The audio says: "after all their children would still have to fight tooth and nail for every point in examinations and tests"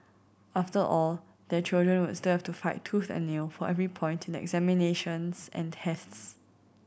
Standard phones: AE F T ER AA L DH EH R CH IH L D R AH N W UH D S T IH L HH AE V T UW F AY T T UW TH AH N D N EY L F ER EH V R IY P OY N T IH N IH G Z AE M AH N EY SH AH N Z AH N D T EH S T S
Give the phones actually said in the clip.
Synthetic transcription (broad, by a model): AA F T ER AA L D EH CH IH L D R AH N W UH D S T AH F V T UW F AY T T UW TH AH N N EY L F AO EH V R IY P OY N T IH N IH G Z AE M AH N EY SH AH N S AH N T EH S T S